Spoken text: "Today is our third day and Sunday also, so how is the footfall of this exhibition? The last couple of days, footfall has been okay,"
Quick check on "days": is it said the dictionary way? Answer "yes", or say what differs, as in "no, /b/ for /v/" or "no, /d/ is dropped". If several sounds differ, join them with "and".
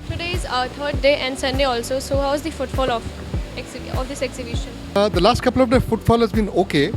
no, /z/ is dropped